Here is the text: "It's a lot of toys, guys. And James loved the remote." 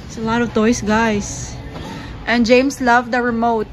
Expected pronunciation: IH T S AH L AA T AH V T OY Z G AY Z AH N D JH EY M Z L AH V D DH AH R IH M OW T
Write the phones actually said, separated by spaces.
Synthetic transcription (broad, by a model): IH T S AH L AA T AH V T OY S G AY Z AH N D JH EY M S L AH V D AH R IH M OW T